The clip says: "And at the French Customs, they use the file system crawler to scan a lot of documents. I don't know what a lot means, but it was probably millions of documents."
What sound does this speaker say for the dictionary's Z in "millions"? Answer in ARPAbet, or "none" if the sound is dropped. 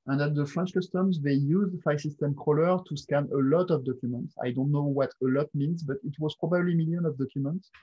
none